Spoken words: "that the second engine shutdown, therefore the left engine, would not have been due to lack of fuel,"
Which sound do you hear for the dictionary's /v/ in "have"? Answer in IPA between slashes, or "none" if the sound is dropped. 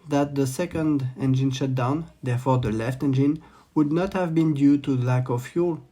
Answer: /v/